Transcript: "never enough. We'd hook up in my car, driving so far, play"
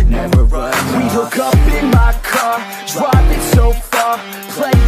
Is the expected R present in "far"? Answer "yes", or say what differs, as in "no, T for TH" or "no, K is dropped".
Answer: yes